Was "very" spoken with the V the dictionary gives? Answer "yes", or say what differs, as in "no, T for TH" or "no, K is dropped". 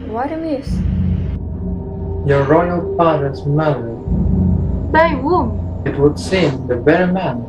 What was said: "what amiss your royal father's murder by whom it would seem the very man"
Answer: no, B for V